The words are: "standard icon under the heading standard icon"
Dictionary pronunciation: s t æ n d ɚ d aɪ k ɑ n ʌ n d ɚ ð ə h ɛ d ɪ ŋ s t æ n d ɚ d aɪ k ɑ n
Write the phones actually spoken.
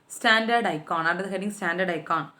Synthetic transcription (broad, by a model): s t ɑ n d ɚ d aɪ k ɑ n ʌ d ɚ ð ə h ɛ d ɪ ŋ s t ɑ n d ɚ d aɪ k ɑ n